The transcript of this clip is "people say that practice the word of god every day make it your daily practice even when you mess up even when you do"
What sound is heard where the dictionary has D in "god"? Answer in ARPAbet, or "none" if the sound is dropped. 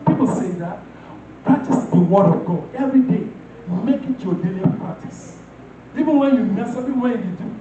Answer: none